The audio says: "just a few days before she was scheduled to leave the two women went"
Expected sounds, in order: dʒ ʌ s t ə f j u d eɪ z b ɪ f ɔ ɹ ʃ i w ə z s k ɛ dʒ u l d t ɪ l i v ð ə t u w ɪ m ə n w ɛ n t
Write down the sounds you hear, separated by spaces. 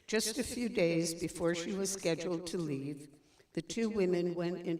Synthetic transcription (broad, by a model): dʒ ʌ s t ə f j u d eɪ z b ɪ f ɔ ɹ ʃ i w ə z s k ɛ dʒ l d t ɪ l i v ð ə t u w ɪ m ə n w ɛ n t